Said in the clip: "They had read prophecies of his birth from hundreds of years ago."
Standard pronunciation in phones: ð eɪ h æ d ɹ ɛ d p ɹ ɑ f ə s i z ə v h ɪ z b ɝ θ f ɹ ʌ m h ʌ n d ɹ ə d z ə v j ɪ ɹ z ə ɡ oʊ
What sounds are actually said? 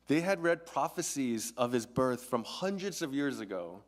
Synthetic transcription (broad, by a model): ð eɪ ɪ d ɹ ɛ d p ɹ ɑ f ə s i z ə v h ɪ z b ɝ θ f ɹ ʌ m h ʌ n d ɹ ə d z ə v j ɪ ɹ z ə ɡ oʊ